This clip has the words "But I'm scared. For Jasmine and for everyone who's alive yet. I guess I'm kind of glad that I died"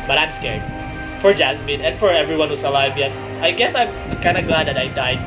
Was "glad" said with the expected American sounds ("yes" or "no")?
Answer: yes